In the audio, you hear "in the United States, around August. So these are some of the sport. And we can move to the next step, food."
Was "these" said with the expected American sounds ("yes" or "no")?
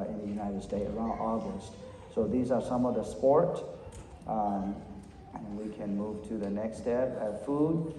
yes